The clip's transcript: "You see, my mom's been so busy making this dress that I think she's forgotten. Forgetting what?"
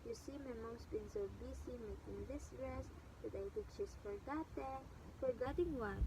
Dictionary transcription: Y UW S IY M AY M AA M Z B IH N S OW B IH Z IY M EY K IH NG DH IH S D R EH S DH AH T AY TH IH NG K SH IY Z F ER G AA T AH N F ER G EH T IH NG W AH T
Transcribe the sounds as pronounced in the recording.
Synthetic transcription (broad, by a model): Y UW S IY M AY M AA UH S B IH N S OW B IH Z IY M EY K IH NG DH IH S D R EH S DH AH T AY T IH K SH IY S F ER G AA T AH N F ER G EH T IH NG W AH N